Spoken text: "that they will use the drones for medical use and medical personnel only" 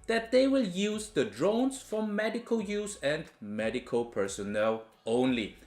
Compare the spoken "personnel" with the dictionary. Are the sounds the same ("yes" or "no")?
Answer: yes